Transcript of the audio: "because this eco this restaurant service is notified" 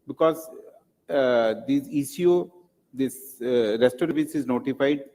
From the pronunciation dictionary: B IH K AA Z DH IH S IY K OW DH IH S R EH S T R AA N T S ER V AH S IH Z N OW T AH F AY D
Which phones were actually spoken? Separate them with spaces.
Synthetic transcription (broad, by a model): B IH K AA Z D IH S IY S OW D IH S R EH S T AA T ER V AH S IH Z N OW T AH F AY D